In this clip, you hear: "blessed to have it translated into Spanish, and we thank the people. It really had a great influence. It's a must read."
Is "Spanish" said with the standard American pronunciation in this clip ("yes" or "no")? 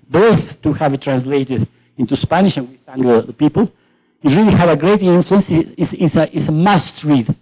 yes